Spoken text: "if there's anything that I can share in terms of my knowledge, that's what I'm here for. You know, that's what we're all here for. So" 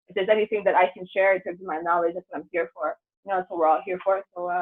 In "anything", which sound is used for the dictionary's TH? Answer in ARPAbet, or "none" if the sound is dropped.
TH